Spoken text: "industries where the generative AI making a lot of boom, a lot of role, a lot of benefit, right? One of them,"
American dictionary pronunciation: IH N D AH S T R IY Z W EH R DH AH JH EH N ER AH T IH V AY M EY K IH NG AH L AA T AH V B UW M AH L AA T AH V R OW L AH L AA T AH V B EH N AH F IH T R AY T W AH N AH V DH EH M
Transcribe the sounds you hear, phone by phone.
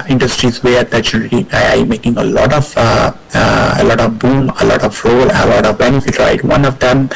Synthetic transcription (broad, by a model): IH N D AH S T R IY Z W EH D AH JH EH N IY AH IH AY M EY K IH NG AH L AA T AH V B UW M AH L AA T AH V R OW L AH L AA T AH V B EH N AH F IH T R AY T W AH N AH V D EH M